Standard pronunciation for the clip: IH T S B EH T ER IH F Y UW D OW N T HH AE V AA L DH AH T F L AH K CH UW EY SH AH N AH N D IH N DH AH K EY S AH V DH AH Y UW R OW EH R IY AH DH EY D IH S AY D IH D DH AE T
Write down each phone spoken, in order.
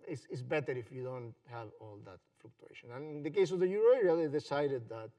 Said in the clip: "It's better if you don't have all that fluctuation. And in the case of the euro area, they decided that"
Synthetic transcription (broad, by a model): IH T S B EH T ER IH F Y UW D OW N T HH AE V AA L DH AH T F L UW K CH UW EY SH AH N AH N IH N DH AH K EY S AH V DH AH Y UW R OW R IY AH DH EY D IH S AY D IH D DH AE T